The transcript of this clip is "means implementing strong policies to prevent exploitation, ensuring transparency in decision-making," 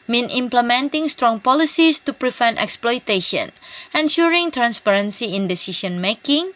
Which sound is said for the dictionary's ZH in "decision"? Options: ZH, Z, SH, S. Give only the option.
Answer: SH